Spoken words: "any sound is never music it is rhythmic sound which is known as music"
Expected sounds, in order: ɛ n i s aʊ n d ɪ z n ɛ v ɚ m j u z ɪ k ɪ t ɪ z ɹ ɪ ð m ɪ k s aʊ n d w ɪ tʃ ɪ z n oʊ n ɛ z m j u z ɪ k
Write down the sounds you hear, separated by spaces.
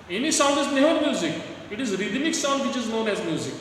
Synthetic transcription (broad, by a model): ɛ n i s aʊ n d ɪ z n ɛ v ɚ m j u z ɪ k ɪ t ɪ z ɹ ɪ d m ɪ k s aʊ n d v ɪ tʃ ɪ z n oʊ n ɛ z m j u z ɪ k